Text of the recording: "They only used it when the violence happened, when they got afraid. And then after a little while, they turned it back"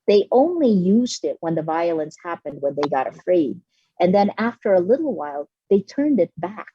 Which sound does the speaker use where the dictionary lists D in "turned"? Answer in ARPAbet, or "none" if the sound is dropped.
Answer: D